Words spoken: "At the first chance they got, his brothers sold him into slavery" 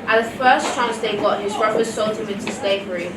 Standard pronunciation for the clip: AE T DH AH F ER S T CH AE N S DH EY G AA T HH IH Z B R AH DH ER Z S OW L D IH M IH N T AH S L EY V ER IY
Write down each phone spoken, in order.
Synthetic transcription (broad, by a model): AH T DH AH F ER S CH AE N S DH EY G AA T HH IH Z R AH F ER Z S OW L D IH M IH N T AH S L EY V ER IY